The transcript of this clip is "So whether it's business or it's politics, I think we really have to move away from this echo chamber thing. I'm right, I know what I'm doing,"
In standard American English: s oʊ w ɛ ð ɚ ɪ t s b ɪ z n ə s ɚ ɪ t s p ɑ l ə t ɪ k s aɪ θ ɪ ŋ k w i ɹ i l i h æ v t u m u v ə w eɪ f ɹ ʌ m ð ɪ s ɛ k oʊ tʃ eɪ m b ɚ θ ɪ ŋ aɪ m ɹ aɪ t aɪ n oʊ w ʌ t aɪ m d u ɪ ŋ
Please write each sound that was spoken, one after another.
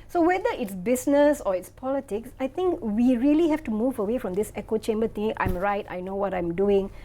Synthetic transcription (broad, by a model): s oʊ w ɛ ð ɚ ɪ t s b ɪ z n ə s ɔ ɪ t s p ɑ l ə t ɪ k s aɪ t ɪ ŋ k w i ɹ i l i h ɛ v t u m u v ə w eɪ f ɹ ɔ m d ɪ s ɛ k oʊ tʃ eɪ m b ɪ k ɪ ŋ aɪ m ɹ aɪ t aɪ n oʊ w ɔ t aɪ m d u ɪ ŋ